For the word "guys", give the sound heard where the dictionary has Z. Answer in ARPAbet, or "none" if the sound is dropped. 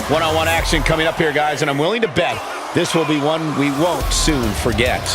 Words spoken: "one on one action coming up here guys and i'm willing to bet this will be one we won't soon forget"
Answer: Z